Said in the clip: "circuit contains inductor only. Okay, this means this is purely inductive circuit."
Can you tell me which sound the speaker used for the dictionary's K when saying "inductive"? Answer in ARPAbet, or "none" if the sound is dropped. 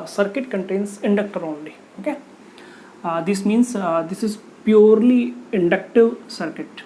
K